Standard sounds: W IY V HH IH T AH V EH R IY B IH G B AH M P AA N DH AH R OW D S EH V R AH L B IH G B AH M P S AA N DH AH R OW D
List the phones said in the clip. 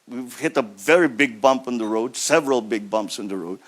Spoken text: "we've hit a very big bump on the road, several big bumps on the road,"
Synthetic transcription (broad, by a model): W IY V HH IH T AH V EH R IY B IH G B AH M P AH N DH AH R OW D S EH V R AH L B IH G B AH M P S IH N DH AH R OW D